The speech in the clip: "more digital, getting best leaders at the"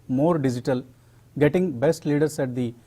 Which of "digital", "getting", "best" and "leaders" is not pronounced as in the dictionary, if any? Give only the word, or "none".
leaders